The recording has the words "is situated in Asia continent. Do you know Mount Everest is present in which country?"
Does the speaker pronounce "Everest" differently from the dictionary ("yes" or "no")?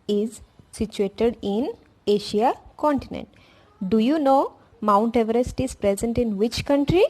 no